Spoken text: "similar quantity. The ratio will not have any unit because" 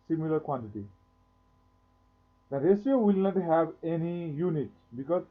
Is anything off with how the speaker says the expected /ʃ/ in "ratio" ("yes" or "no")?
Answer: yes